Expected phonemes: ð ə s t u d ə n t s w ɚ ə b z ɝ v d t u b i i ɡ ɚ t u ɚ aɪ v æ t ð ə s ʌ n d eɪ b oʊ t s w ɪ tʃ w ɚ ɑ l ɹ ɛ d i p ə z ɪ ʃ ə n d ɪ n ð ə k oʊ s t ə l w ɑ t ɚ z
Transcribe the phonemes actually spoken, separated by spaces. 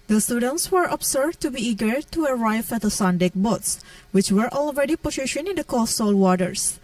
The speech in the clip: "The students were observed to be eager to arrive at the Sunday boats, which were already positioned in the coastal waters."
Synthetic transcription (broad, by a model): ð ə s t u d ə n t s w ɚ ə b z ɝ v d t u b i i ɡ ɚ t u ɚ aɪ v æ t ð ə s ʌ n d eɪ b oʊ t s w ɪ tʃ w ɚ ɑ l ɹ ɛ d i p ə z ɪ ʃ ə n ɪ n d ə k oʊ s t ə l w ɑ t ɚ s